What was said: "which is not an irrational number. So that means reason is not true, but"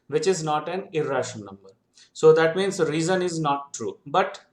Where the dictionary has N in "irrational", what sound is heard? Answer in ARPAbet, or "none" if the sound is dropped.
none